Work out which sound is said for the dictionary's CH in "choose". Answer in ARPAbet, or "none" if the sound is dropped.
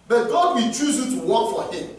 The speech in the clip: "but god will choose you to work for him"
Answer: CH